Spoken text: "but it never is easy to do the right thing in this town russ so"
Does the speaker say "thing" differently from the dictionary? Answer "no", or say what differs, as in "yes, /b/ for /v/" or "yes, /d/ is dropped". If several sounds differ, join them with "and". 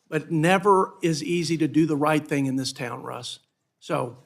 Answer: no